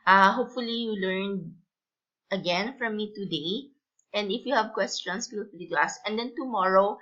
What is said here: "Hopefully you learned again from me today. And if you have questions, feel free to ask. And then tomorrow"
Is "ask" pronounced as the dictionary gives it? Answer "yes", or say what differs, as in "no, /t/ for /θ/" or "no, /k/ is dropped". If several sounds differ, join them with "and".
no, /k/ is dropped